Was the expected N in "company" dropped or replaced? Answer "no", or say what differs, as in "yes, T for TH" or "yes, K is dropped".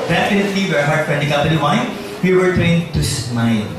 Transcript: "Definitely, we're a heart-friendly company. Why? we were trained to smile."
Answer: yes, L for N